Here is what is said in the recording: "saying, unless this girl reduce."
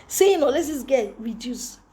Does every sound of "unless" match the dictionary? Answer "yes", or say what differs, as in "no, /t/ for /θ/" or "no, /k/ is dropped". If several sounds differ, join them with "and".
no, /n/ is dropped